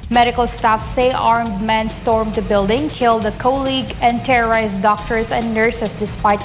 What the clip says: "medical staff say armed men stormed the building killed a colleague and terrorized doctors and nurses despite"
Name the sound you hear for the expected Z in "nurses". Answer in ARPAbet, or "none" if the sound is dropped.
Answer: S